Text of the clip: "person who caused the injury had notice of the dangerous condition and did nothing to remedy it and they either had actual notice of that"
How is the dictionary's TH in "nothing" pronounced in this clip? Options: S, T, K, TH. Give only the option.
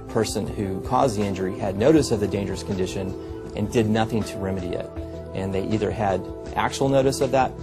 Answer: TH